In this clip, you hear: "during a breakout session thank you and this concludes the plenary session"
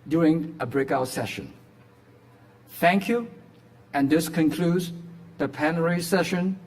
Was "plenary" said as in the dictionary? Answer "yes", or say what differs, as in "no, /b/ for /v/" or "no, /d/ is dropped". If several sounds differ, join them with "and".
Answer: no, /l/ is dropped